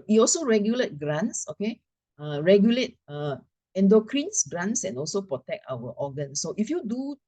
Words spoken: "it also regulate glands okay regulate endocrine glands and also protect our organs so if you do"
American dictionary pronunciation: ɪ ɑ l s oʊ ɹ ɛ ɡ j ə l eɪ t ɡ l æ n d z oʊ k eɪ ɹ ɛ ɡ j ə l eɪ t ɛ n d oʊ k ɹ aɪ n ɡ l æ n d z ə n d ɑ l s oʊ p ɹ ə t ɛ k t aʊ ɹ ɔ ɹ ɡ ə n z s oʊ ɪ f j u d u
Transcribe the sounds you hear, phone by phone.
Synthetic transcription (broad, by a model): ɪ ɑ l s oʊ ɹ ɛ ɡ j ə l eɪ t ɡ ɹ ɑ n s oʊ k eɪ ɹ ɛ ɡ j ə l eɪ t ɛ n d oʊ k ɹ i n ɡ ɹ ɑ n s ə n ɑ l s oʊ p ɹ ə t ɛ k t aʊ w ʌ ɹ ɡ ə n s oʊ ɪ f j u d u